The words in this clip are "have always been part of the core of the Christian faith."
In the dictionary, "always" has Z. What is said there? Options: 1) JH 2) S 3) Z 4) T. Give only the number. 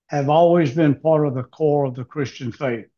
3